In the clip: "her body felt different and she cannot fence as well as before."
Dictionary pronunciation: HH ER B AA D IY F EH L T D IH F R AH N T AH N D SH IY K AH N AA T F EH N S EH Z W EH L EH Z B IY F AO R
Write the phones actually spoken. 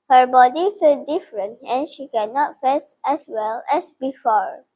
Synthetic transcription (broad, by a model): HH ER B AA D IY F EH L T D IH F R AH N T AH N SH IY K AH N AA T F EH S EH S W EH L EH S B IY F AO R